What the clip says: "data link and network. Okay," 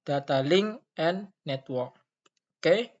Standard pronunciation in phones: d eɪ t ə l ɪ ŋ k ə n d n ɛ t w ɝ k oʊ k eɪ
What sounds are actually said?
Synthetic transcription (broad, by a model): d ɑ t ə l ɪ ŋ ə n n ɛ t w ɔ k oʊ k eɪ